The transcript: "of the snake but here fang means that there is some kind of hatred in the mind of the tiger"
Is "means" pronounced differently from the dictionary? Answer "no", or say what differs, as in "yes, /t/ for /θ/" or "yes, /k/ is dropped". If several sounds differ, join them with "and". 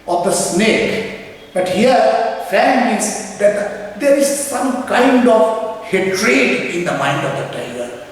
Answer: yes, /n/ is dropped